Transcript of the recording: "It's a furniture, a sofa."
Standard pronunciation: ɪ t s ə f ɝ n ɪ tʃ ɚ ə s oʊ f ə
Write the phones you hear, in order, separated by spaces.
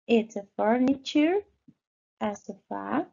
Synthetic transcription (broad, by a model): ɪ t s ə f ɝ n ɪ tʃ ɚ ə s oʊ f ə